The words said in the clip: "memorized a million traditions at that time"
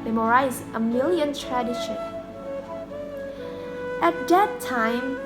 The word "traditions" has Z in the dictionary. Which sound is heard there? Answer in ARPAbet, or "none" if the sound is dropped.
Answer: none